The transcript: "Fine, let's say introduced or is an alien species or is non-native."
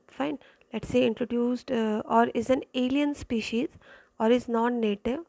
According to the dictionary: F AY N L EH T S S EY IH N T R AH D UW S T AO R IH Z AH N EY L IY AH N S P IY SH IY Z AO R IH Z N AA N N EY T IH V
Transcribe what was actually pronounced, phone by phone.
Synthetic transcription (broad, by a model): F AY N L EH T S S EY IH N T R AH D UW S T AO R IH Z AH N EY L IY AH N S P IY SH IY Z AO R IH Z N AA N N EY T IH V